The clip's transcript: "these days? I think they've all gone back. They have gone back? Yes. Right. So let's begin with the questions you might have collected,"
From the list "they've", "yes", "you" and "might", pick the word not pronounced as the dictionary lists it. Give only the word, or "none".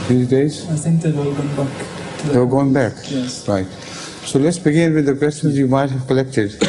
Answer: they've